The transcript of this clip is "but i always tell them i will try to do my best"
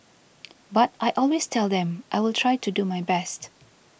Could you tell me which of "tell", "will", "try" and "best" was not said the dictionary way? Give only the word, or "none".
none